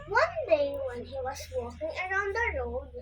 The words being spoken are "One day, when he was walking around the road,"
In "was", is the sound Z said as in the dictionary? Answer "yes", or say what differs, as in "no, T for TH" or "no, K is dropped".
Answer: no, S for Z